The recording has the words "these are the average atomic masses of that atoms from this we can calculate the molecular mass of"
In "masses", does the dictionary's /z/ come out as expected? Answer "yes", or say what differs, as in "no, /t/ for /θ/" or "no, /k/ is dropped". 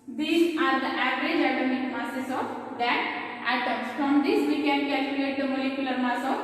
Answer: no, /s/ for /z/